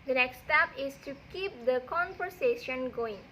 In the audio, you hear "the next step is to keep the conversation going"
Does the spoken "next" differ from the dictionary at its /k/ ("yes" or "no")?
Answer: no